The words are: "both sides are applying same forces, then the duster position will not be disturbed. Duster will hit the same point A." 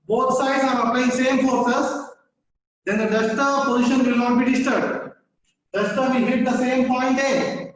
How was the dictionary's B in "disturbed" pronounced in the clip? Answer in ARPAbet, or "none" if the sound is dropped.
none